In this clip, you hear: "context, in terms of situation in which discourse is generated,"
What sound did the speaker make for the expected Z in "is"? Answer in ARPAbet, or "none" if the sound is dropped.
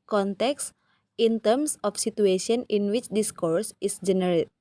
S